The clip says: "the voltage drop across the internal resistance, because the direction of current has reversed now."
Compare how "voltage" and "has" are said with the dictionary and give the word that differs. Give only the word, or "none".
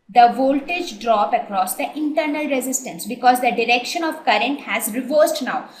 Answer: none